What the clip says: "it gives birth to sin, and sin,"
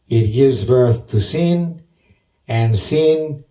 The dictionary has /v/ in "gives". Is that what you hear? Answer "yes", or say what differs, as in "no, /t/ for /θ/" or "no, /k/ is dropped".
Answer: yes